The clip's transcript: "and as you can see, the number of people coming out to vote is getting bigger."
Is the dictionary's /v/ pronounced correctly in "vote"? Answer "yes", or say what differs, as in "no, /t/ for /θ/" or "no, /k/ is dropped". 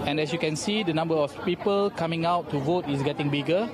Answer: yes